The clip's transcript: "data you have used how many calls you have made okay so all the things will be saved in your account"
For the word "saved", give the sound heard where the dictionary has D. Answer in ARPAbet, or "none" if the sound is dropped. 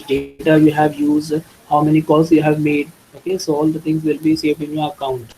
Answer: none